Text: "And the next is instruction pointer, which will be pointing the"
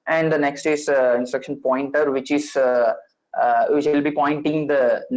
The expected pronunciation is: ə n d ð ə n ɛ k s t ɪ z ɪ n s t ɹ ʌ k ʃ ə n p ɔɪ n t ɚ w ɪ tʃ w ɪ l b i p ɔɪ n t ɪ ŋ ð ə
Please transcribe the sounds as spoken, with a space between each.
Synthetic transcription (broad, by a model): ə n d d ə n ɛ k s t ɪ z ɪ n s t ɹ ʌ k ʃ ə n p ɔɪ n t ɚ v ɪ tʃ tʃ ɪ l b i p ɔɪ n t ɪ ŋ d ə